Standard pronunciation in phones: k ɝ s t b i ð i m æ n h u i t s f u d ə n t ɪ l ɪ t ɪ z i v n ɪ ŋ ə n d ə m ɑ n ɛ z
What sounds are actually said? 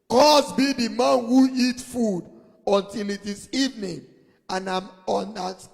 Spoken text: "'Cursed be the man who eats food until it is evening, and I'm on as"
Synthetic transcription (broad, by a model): k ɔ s b i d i m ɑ n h u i t f u d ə n t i l ɪ t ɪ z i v n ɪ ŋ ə n ə m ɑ n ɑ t